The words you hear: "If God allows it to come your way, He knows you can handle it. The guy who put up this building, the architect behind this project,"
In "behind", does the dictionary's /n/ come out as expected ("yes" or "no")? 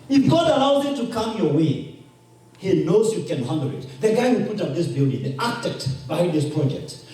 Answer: no